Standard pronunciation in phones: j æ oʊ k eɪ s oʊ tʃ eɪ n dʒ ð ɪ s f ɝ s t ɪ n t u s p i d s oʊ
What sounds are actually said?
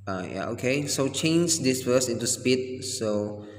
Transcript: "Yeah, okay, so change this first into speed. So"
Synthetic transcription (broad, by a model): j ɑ oʊ k eɪ s oʊ tʃ eɪ n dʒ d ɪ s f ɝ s ɪ n t u s p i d s oʊ